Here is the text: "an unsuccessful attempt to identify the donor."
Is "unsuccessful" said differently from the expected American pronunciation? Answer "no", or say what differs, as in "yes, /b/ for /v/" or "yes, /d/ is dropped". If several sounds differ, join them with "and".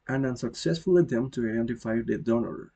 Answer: no